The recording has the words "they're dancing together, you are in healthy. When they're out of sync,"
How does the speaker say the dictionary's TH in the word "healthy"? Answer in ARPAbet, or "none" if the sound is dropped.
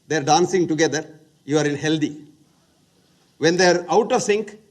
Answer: T